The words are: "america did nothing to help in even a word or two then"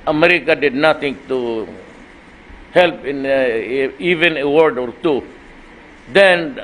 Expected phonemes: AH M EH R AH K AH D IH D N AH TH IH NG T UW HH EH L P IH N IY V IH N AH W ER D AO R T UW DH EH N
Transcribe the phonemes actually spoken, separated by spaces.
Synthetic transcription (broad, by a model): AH M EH R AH K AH D IH D N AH T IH NG T UW HH EH L P IH N IY V IH N AH W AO D AO R T UW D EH N